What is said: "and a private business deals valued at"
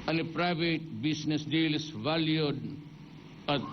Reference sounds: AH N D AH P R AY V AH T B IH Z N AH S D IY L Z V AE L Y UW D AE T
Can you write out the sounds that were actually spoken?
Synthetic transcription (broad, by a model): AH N AH P R AY V AH T B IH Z N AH S D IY L S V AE L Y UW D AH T